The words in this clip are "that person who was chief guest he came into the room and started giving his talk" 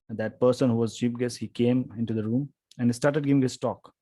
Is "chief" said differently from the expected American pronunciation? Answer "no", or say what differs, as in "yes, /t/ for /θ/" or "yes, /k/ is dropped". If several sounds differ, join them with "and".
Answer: yes, /p/ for /f/